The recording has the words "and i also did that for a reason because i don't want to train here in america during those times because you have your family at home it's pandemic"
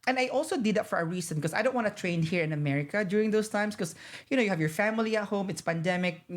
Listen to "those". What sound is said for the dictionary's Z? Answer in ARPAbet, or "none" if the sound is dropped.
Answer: S